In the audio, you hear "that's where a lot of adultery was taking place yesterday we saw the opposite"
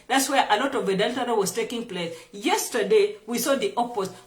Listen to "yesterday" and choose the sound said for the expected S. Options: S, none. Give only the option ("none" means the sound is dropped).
S